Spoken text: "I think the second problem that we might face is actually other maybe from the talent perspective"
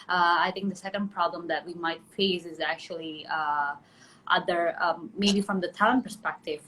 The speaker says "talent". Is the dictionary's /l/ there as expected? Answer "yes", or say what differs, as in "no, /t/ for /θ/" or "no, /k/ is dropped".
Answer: no, /l/ is dropped